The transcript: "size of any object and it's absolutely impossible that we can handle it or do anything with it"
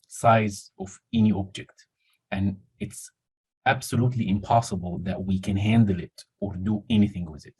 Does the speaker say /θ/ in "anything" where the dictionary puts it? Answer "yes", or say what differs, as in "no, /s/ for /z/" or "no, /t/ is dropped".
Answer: yes